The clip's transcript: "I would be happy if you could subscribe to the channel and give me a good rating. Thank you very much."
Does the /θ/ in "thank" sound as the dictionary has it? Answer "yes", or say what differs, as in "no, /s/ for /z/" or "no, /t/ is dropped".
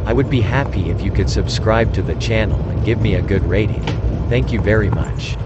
yes